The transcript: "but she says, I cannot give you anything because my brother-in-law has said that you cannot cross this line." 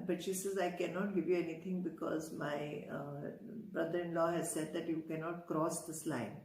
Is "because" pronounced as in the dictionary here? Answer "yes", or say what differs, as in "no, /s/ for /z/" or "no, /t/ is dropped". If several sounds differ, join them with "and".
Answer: yes